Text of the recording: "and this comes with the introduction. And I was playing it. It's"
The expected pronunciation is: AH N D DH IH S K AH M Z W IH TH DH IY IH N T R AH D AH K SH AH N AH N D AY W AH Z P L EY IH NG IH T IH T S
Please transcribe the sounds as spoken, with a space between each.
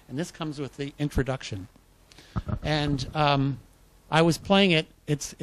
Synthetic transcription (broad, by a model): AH N DH IH S K AH M Z W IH DH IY IH N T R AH D AH K SH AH N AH N AY W AH Z P L EY IH NG IH T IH T S